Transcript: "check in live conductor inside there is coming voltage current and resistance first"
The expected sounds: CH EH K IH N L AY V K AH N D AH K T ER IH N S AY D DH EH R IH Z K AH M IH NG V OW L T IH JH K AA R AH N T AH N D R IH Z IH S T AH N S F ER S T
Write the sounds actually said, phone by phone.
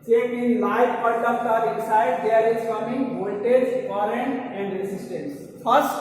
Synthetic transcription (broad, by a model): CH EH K IH N L AY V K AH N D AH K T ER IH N S AY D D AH R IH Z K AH M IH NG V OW N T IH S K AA R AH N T AH N D R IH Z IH S T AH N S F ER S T